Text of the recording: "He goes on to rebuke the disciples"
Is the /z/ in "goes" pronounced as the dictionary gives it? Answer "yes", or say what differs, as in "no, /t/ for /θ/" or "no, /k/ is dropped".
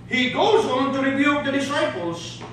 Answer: yes